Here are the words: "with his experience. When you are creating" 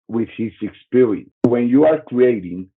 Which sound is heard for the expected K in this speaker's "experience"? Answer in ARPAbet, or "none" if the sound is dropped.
K